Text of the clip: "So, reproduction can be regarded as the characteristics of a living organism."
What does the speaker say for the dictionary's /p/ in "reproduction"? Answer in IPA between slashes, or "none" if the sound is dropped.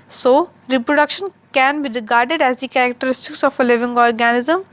/p/